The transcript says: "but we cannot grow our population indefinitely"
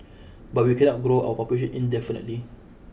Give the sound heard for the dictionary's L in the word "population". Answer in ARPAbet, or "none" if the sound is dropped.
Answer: none